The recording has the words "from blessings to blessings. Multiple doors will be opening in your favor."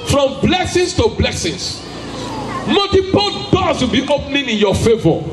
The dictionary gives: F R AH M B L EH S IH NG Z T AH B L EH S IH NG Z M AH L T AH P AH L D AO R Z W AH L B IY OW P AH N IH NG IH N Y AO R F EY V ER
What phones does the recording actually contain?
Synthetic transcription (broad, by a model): F R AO M B L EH S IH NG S T AH B L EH S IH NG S M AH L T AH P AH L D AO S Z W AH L B IY OW P N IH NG IH N Y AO F EY V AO